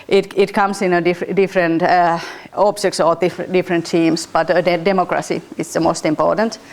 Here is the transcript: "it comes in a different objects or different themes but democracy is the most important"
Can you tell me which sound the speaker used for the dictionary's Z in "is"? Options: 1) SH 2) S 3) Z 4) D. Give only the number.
2